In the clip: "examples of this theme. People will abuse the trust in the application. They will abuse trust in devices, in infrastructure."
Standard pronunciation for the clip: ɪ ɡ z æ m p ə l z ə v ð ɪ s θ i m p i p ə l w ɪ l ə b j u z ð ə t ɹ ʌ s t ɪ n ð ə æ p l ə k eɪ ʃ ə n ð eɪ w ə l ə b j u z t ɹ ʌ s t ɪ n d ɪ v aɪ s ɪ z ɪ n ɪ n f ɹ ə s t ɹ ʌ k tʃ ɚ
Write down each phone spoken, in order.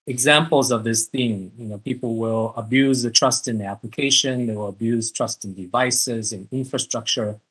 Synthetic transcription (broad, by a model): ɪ ɡ z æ m p l z ə v ð ɪ s θ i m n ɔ p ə l w ɪ l ə b j u z ð ə t ɹ ʌ s t ɪ n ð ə æ p l ə k eɪ ʃ ə n ð eɪ w ə l ə b j u z t ɹ ʌ s t ɪ n d ɪ v aɪ s ɪ z ɪ n ɪ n f ɹ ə s t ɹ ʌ k tʃ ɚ